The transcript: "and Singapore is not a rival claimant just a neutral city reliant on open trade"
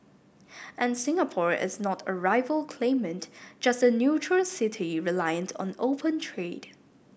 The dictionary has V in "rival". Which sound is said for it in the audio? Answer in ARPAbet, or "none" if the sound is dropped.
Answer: V